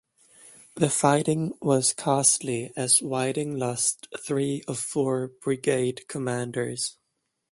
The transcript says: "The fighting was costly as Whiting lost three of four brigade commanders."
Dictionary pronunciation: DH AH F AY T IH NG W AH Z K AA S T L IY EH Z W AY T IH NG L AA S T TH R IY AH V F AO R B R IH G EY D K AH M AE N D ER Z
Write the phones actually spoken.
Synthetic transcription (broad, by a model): DH AH F AY T IH NG W AH Z K AA S T L IY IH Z W AY T IH NG L AA S T TH R IY AH V F AO R B R IH G EY D K AH M AE N D ER Z